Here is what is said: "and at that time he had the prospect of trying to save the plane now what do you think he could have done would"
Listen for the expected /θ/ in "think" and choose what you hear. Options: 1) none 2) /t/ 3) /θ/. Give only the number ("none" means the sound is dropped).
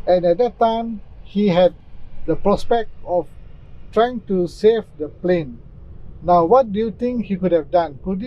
2